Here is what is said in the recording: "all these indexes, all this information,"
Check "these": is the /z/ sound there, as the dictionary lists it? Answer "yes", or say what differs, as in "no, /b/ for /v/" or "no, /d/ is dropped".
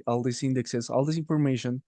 no, /s/ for /z/